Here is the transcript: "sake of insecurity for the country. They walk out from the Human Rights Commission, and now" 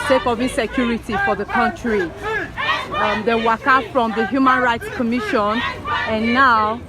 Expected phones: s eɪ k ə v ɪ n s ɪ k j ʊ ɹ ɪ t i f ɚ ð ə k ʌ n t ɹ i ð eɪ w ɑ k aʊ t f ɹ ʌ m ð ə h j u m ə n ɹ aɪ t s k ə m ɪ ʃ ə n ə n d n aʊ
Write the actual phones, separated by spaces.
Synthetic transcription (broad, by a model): s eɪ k ə v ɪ n s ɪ k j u ɹ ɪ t i f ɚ ð ə k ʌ n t ɹ i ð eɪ w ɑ k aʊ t f ɹ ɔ m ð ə h j u m ə n ɹ aɪ t s k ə m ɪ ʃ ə n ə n n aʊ